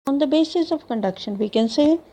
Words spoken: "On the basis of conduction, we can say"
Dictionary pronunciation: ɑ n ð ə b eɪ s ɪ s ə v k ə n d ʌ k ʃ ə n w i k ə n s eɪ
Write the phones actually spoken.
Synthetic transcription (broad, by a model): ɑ n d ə b eɪ s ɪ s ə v k ə n d ʌ k ʃ ə n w i k ə n s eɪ